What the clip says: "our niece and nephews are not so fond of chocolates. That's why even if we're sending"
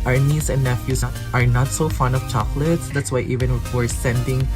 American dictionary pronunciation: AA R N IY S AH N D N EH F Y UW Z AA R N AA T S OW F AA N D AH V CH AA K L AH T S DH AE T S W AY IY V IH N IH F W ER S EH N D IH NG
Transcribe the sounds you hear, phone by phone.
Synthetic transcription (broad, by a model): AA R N IY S AH N D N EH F Y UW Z AA R N AA T S OW F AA N AH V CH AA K L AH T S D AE T S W AY IY V IH N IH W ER S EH N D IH NG